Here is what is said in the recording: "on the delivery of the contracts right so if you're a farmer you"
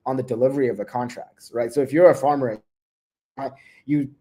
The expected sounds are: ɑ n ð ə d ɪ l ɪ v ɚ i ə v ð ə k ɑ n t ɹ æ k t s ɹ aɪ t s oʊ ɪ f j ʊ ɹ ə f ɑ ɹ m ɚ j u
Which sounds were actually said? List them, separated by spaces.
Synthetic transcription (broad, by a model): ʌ n ð ə d ɪ l ɪ v ɚ i ə v ð ə k ɑ n t ɹ æ k t s ɹ aɪ t s oʊ ɪ f j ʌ ɹ ə f ɑ ɹ m ɚ j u